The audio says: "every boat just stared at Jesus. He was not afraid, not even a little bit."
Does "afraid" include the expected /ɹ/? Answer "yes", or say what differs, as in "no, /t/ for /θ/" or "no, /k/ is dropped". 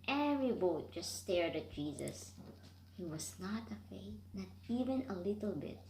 no, /ɹ/ is dropped